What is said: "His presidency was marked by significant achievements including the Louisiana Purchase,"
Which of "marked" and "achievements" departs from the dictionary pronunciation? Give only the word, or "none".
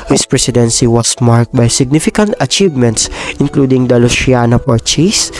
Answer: none